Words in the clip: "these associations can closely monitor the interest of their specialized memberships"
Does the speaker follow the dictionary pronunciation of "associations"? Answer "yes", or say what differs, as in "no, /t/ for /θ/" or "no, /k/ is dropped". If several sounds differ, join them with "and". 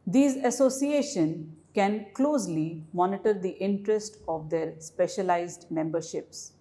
no, /z/ is dropped